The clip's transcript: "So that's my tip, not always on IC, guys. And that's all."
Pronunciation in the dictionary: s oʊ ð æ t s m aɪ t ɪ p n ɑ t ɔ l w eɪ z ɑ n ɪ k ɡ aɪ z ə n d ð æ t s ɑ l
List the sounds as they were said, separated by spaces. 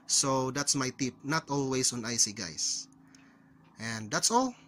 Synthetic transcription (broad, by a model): s oʊ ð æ t s m aɪ t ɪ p n ɑ t ɔ l w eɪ s ɑ n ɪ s ɡ aɪ s ə n d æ t s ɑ l